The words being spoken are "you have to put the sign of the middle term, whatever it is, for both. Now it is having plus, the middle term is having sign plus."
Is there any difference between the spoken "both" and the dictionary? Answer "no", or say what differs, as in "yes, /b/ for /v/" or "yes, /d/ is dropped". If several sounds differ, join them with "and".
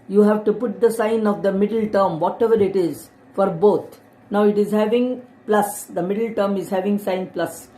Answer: yes, /t/ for /θ/